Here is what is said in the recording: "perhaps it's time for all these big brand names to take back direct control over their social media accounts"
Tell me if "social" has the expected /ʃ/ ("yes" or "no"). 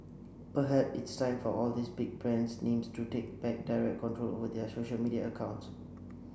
yes